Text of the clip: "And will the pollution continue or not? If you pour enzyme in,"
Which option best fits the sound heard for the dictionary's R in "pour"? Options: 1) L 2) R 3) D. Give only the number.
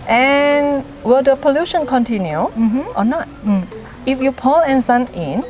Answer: 1